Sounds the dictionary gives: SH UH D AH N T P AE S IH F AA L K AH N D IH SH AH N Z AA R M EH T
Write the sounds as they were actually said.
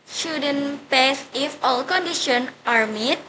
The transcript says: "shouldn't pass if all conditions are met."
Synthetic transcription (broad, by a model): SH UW D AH N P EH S IH F AA L K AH N D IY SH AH N AA R M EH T